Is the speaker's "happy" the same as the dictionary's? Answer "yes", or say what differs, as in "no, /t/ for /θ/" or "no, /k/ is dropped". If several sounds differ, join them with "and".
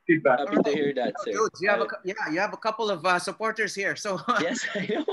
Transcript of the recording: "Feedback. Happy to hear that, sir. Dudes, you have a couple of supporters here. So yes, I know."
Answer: no, /p/ is dropped